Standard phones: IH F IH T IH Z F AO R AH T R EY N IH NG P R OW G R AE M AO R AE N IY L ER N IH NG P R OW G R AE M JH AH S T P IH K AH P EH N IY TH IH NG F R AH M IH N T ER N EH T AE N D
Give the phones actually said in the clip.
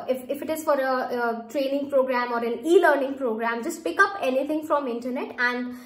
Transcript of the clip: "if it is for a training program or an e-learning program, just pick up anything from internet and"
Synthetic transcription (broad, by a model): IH F IH T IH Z F AO R AH T R EY N IH NG P R OW G R AE M AO R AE N IY L ER N IH NG P R OW G R AE M JH AH S T P IH K AH P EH N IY T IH NG F R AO M IH N T ER N EH T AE N D